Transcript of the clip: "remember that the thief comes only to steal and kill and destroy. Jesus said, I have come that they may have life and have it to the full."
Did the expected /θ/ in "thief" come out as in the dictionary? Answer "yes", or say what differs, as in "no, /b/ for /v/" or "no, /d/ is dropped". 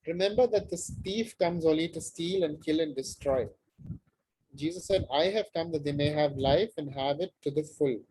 no, /t/ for /θ/